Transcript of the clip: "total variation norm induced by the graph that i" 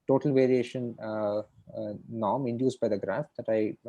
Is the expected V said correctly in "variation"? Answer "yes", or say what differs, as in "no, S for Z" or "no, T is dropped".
yes